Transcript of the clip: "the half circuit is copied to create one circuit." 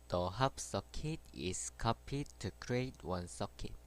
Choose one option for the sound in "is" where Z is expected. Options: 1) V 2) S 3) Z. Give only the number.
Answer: 2